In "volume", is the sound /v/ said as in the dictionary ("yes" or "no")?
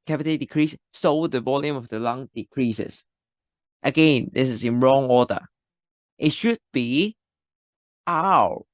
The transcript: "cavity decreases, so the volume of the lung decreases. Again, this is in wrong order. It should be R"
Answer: no